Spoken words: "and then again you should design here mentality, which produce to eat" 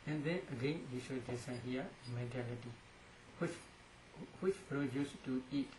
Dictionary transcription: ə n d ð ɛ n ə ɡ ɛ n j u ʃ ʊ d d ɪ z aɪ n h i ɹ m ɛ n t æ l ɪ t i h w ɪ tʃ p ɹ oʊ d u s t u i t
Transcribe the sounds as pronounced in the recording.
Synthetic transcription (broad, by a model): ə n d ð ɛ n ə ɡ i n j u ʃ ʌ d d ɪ s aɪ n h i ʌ m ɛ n t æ l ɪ t i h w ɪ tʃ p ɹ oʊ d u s t u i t